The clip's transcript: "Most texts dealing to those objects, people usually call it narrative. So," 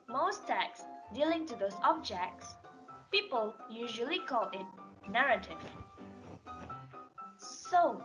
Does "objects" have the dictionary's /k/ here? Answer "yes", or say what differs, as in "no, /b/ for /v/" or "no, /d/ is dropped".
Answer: yes